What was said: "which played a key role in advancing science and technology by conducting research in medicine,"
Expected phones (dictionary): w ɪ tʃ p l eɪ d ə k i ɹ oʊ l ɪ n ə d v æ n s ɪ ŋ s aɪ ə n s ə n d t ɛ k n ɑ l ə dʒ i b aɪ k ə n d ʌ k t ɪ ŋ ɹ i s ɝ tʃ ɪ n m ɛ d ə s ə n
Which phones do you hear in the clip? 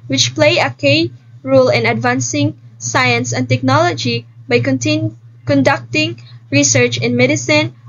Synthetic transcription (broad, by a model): w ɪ tʃ p l eɪ ə k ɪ ɹ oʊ l ɪ n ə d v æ n s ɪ ŋ s aɪ ə n s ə n t ɛ k n ɑ l ə dʒ i b aɪ k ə n d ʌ k t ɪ ŋ ɹ i s ɝ tʃ ɪ n m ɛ d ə s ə n